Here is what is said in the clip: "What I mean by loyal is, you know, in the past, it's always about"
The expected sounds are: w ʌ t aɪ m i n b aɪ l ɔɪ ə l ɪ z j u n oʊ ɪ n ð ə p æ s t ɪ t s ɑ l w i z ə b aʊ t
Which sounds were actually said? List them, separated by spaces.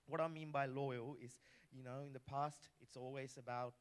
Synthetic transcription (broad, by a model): w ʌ t aɪ m i n b aɪ l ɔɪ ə l ɪ z j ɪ n oʊ ɪ n ð ə p æ s t ɪ t s ɑ l w i z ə b aʊ t